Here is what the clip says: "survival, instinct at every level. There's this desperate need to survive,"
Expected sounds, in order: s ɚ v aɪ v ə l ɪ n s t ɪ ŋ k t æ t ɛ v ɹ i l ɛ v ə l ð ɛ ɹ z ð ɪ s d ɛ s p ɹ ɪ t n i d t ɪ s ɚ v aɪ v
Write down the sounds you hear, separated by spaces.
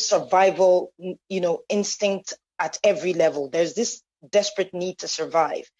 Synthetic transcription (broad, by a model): s ɚ v aɪ v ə l ɪ n s t ɪ ŋ k t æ t ɛ v ɹ i l ɛ v ə l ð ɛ ɹ z ð ɪ s d ɛ s p ɹ ɪ t n i d t ɪ s ɚ v aɪ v